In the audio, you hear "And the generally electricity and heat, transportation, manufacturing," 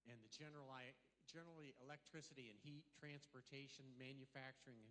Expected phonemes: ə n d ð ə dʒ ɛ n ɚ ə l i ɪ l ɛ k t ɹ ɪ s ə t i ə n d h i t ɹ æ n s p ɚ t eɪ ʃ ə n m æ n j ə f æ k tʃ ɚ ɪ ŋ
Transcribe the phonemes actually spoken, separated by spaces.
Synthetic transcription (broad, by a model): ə n ð ə dʒ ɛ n ɚ ə l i ɪ l ɛ k t ɹ ɪ s ə t i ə n h i t ɹ æ n s p ɚ t eɪ ʃ ə n m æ n j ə f æ k tʃ ɚ ɪ ŋ